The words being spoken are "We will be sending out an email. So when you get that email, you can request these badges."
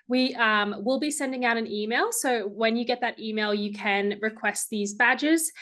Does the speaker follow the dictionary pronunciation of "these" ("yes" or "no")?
yes